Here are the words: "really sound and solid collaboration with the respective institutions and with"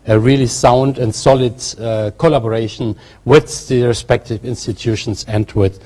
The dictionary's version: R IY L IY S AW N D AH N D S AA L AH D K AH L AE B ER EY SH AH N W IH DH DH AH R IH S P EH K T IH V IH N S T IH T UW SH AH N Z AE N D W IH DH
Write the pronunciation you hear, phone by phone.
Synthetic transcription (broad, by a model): R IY L IY S AW N D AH N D S AA L AH D K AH L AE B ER EY SH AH N W IH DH DH AH R IH S P EH K T IH V IH N S T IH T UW SH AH N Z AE N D W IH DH